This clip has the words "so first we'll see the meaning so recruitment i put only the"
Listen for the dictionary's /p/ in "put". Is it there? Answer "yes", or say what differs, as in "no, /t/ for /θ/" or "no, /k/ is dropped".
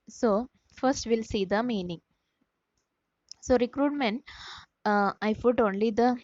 no, /f/ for /p/